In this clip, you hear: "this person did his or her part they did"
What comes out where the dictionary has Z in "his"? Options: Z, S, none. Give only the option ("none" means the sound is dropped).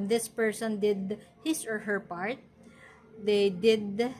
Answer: S